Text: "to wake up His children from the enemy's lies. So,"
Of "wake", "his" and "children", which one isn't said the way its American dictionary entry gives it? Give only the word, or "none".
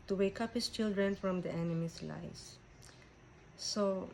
his